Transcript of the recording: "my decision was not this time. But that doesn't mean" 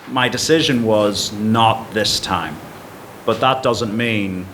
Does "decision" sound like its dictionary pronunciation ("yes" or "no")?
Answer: yes